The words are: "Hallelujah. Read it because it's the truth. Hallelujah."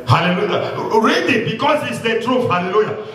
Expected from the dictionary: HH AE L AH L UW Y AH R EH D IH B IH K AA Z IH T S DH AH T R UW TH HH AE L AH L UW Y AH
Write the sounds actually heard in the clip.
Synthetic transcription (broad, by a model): HH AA L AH L UW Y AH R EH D IH B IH K AA S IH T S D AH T R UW F HH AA L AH L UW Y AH